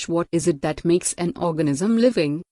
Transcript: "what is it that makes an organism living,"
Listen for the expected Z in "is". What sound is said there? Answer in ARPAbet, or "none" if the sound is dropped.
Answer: Z